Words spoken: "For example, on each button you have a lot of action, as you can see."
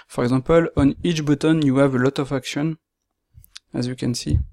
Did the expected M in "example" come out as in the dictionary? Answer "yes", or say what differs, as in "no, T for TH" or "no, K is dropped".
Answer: no, M is dropped